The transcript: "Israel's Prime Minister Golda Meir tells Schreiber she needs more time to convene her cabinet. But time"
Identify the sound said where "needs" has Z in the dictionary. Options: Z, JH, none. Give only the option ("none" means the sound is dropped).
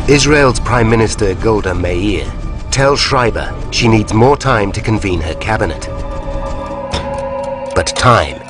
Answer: Z